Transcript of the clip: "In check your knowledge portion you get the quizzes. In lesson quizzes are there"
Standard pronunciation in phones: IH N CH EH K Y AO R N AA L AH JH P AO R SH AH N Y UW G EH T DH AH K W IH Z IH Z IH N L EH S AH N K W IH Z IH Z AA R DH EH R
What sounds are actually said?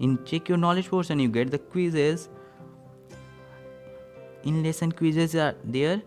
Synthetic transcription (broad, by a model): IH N CH EH K Y AO R N AA L AH JH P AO R S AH N Y UW G EH T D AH K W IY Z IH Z IH N L EH S AH N K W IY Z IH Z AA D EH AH R